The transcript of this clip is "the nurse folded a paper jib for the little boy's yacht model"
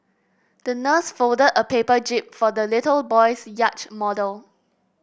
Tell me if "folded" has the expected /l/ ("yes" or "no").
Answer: yes